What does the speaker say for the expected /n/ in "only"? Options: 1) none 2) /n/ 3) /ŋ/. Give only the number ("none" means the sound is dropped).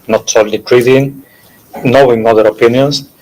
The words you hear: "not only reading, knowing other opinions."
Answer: 1